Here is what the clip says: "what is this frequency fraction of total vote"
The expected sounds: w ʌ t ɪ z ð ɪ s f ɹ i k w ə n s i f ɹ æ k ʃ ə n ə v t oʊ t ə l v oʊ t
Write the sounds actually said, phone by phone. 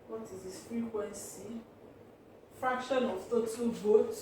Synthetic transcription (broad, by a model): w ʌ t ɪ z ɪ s f ɹ i k w ə n s i f ɹ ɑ k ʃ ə n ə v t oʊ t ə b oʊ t